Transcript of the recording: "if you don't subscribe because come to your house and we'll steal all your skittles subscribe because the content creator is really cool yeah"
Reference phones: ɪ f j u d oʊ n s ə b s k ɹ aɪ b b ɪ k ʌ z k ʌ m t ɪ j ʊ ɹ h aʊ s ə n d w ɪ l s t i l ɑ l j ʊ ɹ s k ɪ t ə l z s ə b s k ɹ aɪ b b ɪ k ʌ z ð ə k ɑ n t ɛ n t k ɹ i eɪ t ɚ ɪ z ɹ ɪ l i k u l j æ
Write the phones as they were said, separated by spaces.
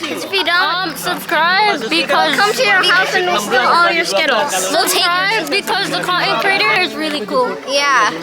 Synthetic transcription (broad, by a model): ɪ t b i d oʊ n s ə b s k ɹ aɪ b b ɪ k ʌ z k ʌ m t ɪ j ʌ ɹ aʊ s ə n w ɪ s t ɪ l ɑ l j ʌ ɹ s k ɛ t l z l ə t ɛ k ɹ aɪ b b ɪ k ʌ z ð ə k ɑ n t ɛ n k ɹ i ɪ t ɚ ɪ z ɹ ɪ l i k u l j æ